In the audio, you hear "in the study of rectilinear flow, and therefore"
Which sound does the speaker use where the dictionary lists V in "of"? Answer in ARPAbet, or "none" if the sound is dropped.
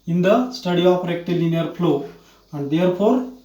P